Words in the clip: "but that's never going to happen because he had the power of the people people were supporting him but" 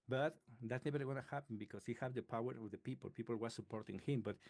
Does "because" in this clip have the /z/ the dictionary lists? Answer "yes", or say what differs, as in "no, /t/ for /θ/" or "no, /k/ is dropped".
no, /s/ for /z/